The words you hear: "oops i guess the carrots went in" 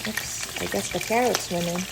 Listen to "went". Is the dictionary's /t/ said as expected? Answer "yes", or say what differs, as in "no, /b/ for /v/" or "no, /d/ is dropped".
no, /t/ is dropped